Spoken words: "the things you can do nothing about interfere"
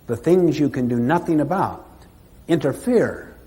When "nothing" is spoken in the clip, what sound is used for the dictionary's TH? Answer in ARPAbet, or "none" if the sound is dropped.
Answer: TH